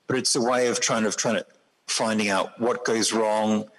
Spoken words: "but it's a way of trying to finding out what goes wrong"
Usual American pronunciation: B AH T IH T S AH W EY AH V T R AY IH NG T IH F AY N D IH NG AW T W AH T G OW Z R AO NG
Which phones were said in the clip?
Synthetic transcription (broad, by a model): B AH T IH T S AH W EY AH V T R AY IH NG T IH F AY N D IH NG AW T W AH T G OW Z R AO NG